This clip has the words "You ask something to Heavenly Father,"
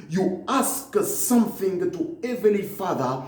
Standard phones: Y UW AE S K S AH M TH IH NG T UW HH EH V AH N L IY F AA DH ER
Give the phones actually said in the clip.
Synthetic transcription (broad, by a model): Y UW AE S K S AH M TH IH NG T UW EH V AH L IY F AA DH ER